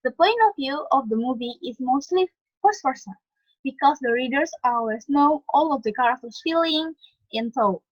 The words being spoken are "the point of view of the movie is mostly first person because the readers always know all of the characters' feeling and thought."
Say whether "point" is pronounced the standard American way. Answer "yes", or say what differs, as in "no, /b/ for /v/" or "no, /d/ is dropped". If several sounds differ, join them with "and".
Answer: no, /t/ is dropped